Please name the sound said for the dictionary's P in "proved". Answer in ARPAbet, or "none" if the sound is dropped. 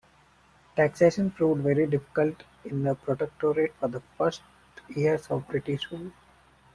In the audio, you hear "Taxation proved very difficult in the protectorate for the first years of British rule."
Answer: F